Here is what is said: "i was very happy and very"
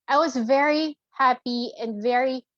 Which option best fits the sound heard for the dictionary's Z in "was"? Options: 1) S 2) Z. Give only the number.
2